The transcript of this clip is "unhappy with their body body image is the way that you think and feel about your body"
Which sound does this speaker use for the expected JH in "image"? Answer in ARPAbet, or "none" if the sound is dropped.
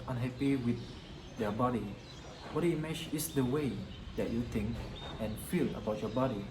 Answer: CH